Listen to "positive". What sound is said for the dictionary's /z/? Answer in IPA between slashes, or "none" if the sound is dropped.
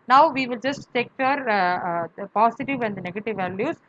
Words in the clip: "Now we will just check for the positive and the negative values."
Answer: /s/